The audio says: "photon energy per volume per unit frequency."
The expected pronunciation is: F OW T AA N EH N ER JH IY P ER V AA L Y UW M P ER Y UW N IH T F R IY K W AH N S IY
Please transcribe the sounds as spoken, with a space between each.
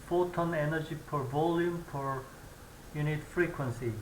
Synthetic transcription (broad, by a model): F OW T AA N EH N ER JH IY P ER V AA L Y UW M P ER Y UW N IH T F R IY K W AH N S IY